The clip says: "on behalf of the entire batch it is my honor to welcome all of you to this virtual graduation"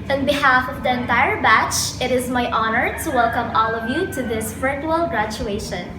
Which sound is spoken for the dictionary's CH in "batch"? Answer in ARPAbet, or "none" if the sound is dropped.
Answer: CH